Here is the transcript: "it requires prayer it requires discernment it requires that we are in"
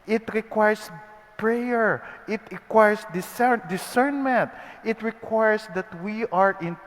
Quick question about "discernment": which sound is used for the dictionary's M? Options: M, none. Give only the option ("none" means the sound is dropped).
M